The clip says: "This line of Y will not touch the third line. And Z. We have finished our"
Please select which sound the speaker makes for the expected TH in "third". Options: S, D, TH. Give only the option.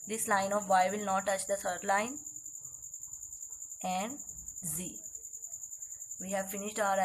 S